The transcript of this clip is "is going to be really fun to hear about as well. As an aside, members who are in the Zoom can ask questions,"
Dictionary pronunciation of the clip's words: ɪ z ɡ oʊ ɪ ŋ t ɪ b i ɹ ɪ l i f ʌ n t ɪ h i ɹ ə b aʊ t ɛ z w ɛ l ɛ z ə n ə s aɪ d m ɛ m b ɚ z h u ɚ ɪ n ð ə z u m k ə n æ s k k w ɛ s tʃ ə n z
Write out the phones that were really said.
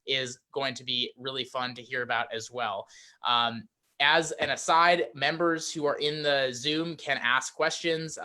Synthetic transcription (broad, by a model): ɪ z ɡ oʊ ɪ ŋ t ɪ b i ɹ ɪ l i f ʌ n t ɪ h i ɹ ə b aʊ t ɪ z w ɛ l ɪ z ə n ə s aɪ d m ɛ m b ɚ z h u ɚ ɪ n ð ə z u m k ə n æ s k k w ɛ s tʃ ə n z